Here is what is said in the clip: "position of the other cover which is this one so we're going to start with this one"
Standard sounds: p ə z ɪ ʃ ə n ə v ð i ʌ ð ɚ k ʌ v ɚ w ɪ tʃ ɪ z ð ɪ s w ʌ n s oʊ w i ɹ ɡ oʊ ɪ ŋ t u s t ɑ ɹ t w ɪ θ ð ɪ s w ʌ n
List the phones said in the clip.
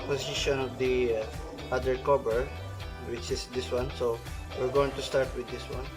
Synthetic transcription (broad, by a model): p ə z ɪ ʃ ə n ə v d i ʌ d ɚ k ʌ b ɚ w ɪ tʃ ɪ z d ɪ s w ʌ n s oʊ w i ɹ ɡ oʊ ɪ ŋ t u s t ɑ ɹ t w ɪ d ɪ s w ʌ n